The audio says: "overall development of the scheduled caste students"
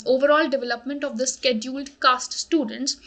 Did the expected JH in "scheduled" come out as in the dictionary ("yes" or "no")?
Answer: yes